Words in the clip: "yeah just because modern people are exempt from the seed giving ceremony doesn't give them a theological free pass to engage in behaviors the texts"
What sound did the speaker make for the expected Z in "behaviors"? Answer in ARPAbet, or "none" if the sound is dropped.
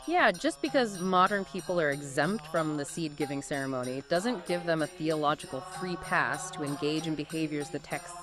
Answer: Z